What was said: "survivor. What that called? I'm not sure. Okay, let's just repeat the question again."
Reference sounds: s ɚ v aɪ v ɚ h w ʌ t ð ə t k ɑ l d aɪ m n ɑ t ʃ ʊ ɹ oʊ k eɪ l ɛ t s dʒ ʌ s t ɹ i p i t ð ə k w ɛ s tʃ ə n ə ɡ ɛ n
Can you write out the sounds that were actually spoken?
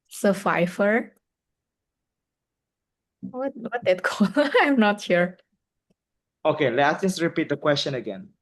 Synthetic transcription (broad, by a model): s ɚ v aɪ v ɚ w w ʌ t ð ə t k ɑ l aɪ m n ɑ t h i ɹ oʊ k eɪ l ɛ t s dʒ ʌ s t ɹ i p i t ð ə k w ɛ s tʃ ə n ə ɡ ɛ n